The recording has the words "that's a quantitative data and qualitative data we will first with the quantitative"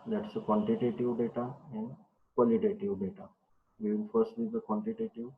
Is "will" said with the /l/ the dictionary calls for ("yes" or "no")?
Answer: no